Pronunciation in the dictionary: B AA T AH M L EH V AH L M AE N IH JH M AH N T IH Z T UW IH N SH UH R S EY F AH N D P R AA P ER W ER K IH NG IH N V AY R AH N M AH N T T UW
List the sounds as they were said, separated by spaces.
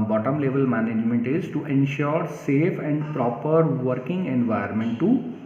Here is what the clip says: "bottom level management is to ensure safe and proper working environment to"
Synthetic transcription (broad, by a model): B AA T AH M L EH V AH L M AE N IH JH M AH N T IH Z T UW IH N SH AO R S EY F AH N D P R AA P ER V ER K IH NG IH N V AY AH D M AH N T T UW